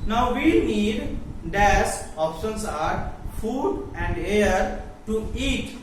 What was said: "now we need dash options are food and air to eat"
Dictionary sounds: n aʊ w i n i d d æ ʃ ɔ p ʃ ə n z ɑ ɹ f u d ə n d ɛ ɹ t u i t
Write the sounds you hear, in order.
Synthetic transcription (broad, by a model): n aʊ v i n i d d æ s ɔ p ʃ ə n s ɑ ɹ f u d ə n d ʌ ɹ t u i t